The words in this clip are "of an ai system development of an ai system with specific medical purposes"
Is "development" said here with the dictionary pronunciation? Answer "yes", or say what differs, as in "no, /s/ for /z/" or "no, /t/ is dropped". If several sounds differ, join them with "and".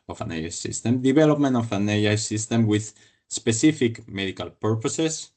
no, /b/ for /v/